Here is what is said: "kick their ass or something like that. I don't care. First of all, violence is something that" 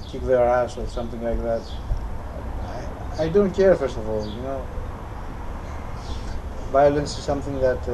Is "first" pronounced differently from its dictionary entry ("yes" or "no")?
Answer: no